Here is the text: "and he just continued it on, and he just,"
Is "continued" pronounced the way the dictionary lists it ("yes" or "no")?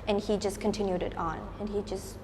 yes